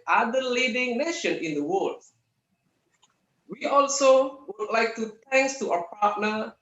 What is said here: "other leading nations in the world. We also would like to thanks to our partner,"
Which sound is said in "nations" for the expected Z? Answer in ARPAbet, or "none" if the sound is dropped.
none